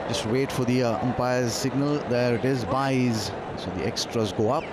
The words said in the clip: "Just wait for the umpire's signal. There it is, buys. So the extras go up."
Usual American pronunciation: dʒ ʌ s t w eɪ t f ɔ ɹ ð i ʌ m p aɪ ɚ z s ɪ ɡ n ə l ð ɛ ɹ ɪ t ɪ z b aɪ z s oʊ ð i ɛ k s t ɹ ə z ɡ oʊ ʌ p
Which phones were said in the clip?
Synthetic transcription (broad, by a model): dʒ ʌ s t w eɪ t f ɔ ɹ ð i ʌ m p aɪ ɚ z s ɪ ɡ n ə l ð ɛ ɹ ɪ t ɪ z b aɪ z s oʊ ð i ɛ k s t ɹ ə z ɡ oʊ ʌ p